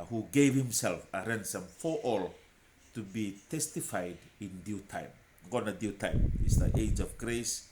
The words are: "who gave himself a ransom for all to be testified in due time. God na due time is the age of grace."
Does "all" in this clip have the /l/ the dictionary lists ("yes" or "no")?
yes